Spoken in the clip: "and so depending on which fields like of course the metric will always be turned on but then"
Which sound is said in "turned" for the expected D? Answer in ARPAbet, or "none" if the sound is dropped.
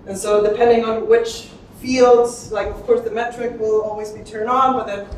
D